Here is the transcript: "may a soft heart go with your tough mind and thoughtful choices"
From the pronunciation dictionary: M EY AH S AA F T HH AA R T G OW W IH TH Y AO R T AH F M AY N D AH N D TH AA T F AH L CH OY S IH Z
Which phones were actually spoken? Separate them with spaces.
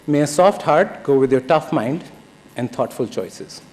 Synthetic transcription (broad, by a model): M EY AH S AA F T HH AA R T G OW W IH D Y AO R T AH F M AY N D AH N D T AA T F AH L CH OY S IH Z